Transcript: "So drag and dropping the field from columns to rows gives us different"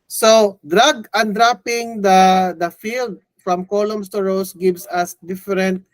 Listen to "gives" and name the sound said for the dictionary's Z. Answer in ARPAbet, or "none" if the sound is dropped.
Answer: S